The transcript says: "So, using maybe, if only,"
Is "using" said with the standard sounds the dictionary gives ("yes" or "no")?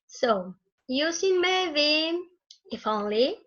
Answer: no